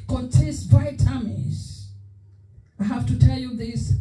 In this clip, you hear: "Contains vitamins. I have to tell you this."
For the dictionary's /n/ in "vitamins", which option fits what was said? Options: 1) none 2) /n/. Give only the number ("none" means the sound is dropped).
1